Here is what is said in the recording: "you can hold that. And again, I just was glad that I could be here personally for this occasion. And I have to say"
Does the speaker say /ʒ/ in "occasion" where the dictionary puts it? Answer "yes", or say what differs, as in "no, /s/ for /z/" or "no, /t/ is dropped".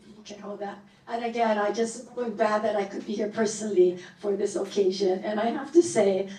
yes